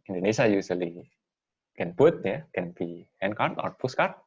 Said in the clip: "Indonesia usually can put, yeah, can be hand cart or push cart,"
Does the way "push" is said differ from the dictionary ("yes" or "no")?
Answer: yes